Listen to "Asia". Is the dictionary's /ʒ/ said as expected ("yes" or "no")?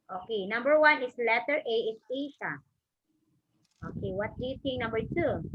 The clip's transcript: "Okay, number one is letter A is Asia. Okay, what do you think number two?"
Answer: no